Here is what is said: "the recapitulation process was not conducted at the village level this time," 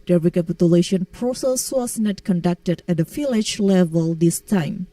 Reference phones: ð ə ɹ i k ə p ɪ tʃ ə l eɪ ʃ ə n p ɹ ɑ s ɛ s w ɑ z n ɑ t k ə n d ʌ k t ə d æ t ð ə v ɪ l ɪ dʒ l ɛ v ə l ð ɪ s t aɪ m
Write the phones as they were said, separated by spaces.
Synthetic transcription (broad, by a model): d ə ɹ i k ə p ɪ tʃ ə l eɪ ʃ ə n p ɹ ɑ s ɛ s w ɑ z n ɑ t k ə n d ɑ k t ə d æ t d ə f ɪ l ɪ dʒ l ɛ v ə l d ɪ s t aɪ m